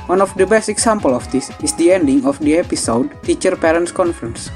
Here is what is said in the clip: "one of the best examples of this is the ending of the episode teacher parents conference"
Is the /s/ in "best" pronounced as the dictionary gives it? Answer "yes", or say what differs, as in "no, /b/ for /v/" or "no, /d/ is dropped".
yes